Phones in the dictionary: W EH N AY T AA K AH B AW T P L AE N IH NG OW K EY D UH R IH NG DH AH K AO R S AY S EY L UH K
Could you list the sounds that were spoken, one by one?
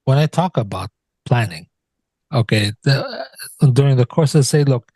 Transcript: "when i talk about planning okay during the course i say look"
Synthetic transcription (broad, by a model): W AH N AY T AA K AH B AW T P L AE N IH NG OW K EY D UH R IH NG DH AH K AO R S AY S EY L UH K